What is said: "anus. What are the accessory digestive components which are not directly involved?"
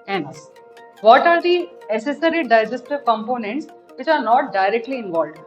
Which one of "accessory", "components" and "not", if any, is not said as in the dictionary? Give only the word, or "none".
accessory